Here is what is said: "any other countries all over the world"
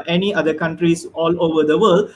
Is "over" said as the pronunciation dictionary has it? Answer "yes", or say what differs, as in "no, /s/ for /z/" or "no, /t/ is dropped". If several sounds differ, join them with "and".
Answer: yes